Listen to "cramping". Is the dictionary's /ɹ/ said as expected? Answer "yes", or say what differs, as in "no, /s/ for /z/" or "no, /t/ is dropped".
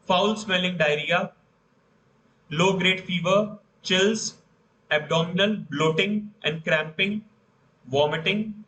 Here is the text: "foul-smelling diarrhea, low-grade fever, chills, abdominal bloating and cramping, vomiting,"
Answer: yes